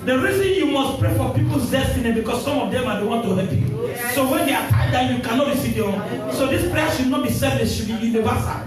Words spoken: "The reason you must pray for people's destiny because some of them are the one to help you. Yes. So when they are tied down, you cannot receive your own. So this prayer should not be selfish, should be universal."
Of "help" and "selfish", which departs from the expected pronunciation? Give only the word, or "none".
selfish